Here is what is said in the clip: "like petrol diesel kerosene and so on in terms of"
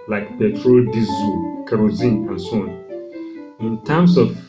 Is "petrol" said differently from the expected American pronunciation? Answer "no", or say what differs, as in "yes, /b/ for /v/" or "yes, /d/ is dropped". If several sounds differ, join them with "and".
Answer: no